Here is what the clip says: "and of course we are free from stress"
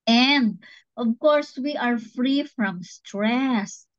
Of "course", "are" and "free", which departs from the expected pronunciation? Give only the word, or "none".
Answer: none